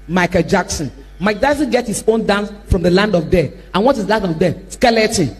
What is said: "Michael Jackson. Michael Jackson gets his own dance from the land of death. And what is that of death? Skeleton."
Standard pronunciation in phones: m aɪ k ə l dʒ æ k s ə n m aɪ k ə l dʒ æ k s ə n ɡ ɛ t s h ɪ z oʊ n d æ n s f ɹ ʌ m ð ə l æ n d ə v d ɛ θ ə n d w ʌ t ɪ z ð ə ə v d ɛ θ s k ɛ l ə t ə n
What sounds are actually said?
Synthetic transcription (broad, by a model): m aɪ k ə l dʒ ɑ k s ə n m aɪ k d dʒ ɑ s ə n ɡ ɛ t h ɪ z oʊ n d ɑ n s f ɹ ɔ m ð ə l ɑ n d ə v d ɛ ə n w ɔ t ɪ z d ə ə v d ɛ s k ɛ l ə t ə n